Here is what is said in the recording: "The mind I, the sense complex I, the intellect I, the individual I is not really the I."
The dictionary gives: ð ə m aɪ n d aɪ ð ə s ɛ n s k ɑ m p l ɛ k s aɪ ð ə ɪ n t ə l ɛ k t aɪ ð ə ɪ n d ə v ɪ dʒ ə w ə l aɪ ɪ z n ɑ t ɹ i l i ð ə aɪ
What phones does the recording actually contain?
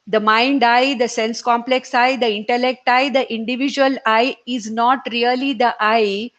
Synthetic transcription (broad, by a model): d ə m aɪ n d aɪ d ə s ɛ n s k ɑ m p l ɛ k s aɪ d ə ɪ n t ə l ɛ k t aɪ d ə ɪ n d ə v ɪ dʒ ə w ə l aɪ ɪ z n ɑ t ɹ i l i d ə aɪ